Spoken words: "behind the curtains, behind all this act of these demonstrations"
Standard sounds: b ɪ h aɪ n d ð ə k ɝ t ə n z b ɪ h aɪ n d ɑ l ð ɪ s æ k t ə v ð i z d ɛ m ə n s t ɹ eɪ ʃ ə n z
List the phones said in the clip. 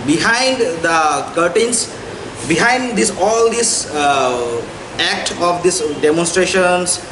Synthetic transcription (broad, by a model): b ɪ h aɪ n d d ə k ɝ t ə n s b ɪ h aɪ n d ɑ l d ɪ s æ k t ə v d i s d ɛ m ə n s t ɹ eɪ ʃ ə n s